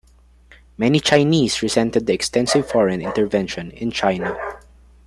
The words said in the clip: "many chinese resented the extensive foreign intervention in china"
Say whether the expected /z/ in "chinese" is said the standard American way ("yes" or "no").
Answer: no